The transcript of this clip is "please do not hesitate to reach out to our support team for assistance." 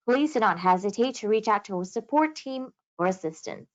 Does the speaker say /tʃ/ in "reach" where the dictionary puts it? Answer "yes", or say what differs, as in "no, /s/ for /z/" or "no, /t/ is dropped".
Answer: yes